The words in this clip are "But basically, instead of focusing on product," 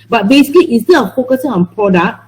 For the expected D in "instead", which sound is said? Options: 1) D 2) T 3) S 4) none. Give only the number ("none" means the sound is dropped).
4